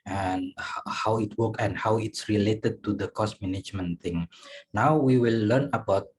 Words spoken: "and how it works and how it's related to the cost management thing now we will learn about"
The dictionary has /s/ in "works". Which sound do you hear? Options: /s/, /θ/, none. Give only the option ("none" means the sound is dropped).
none